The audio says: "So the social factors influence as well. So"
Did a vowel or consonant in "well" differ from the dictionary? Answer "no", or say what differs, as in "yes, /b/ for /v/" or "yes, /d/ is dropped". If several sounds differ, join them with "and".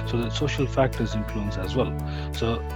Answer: no